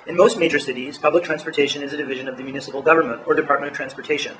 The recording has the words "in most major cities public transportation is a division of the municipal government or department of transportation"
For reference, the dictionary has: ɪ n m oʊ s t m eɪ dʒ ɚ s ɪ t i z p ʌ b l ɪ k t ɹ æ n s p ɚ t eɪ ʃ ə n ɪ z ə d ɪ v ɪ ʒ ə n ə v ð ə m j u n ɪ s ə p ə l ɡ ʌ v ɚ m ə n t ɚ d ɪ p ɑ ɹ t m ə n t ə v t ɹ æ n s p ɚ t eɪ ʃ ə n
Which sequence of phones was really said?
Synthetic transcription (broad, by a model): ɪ n m oʊ s t m eɪ dʒ ɚ s ɪ t i z p ʌ b l ɪ k t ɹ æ n s p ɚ t eɪ ʃ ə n ɪ z ə d ɪ v ɪ ʒ ə n ə v ð ə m j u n ɪ s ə p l ɡ ʌ v ɚ m ə n t ɚ d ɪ p ɑ ɹ t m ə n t ə v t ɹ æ n s p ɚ t eɪ ʃ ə n